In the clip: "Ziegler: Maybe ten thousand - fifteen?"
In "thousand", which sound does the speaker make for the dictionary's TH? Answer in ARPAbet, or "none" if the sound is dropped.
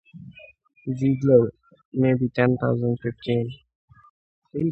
T